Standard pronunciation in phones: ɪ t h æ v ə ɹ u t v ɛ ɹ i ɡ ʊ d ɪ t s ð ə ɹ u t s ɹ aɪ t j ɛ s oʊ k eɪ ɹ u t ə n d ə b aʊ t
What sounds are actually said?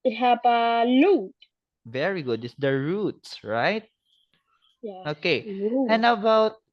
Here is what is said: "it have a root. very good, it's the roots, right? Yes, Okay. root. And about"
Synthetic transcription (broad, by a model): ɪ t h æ p ə l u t v ɛ ɹ i ɡ ʊ d ɪ t s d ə ɹ u t s ɹ aɪ t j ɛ oʊ k eɪ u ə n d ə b aʊ t